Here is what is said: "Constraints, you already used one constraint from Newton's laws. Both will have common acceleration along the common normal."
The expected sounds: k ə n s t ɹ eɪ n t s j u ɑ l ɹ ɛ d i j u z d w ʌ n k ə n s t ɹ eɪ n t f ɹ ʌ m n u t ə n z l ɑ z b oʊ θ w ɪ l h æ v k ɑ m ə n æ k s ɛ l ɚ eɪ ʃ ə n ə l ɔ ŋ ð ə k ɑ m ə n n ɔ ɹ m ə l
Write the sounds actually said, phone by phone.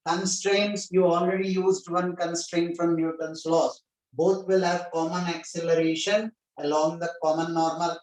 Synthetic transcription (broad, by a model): k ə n s t ɹ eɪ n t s j u ɑ l ɹ ɛ d i j u z d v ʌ n k ə n s t ɹ eɪ n t f ɹ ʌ m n u t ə n s l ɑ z b oʊ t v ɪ l h æ v k ɑ m ə n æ k s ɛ l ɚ eɪ ʃ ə n ə l ɔ ŋ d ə k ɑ m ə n n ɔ ɹ m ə l